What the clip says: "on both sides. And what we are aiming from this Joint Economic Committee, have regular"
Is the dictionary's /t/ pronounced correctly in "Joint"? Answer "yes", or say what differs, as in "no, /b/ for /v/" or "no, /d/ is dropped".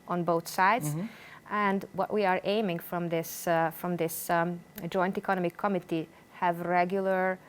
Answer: yes